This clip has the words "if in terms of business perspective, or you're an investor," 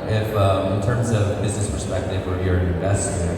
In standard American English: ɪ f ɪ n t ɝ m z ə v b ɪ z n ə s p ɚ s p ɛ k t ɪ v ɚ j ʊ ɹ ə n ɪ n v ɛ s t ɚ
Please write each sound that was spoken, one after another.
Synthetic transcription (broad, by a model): ɪ f ɪ n t ɝ m z ə v b ɪ z n ə s p ɚ s p ɛ k t ɪ v ɚ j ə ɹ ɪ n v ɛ s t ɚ